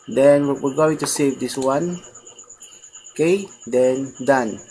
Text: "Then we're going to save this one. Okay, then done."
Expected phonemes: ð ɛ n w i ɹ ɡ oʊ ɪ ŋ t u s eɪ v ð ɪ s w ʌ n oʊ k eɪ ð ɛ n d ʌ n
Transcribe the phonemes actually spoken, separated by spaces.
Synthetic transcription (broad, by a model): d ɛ n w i w ɡ oʊ ɪ ŋ t u s eɪ v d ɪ s w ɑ n k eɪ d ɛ n d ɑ n